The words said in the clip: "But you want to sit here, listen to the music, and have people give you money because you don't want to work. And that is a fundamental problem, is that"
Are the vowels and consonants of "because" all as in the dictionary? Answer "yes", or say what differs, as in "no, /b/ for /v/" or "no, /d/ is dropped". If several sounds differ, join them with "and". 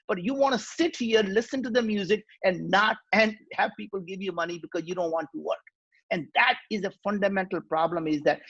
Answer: yes